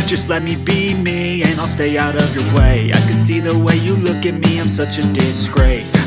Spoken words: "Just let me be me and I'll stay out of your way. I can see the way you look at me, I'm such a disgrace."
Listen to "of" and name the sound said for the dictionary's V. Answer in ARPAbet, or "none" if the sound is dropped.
V